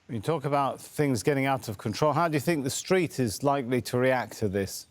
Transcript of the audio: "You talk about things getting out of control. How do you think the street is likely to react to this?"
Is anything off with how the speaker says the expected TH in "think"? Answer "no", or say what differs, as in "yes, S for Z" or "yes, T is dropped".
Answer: no